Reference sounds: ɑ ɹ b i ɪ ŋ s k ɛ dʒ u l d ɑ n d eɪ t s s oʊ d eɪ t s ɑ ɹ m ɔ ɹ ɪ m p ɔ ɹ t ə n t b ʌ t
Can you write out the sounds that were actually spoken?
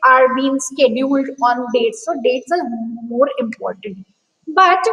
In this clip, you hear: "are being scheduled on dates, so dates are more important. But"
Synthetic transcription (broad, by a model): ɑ ɹ b i ɪ ŋ s k ɛ dʒ u l d ɑ n d eɪ t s s oʊ d eɪ t s ɑ ɹ m ɔ ɹ ɪ m p ɔ ɹ t ə n t b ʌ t